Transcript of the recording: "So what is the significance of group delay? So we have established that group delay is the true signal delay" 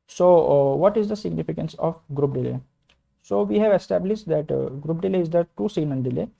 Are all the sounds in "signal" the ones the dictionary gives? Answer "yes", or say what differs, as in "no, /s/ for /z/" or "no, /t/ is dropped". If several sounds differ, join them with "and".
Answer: no, /n/ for /l/